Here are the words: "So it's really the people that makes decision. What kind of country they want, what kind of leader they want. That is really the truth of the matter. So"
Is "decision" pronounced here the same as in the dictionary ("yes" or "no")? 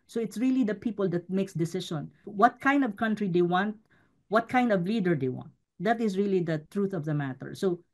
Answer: no